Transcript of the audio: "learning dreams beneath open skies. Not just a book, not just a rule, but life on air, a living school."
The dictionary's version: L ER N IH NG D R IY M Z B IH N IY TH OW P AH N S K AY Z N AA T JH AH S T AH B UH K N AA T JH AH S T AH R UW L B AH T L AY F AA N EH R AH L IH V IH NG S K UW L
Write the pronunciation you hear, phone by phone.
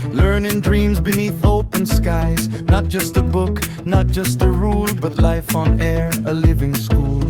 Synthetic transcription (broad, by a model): L ER N IH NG D R IY M Z B IH N IY TH OW P AH N S K AY Z N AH T JH AH S T AH B UH K N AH T JH AH S T AH R UW L B AH T L AY F N EH R AH L IH V IH NG S K UW L